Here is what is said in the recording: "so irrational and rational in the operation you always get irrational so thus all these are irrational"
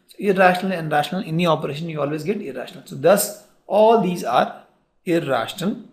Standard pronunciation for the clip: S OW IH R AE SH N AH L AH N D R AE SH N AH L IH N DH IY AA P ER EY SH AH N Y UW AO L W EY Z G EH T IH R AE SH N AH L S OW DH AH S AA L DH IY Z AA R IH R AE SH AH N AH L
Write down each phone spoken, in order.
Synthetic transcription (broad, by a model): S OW IH R AE SH N AH L AH N D R AE SH N AH L IH N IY AA P ER EY SH AH N Y UW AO L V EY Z G EH T IH R AE SH N AH L S OW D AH S AA L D IY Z AA R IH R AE SH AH N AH L